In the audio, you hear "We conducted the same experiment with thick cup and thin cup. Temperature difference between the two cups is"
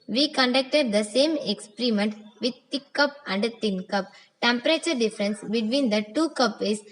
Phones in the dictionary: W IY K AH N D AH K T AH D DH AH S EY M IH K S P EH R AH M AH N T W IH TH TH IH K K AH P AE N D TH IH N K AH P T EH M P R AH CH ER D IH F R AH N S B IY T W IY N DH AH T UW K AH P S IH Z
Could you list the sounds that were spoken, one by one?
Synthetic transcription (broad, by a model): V IY K AH N D AH K T AH D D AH S EY M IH K S P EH R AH M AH N T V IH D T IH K K AH P AE N D T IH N K AH P T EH M P R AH CH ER D IH F R AH N S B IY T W IY N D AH T UW K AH P IH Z